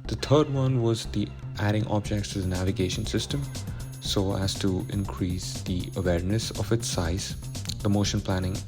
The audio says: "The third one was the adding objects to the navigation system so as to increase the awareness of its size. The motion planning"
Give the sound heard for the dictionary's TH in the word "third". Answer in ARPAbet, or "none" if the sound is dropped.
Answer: T